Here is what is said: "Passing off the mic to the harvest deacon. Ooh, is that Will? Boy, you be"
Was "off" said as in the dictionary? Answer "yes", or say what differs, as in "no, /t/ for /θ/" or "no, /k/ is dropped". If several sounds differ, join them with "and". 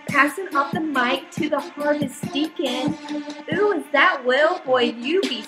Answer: no, /p/ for /f/